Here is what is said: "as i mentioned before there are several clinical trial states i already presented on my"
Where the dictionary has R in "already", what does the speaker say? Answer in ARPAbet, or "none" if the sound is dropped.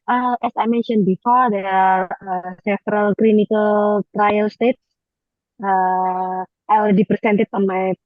L